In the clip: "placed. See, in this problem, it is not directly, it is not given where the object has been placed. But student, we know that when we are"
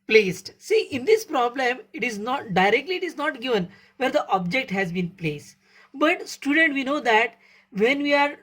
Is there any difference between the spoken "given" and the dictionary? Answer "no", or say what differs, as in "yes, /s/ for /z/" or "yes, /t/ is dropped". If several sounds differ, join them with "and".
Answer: no